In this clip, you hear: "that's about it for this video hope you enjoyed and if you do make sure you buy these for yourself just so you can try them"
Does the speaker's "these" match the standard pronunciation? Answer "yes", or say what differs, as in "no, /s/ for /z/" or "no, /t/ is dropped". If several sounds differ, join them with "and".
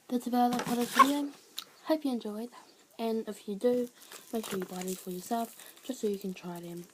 no, /z/ is dropped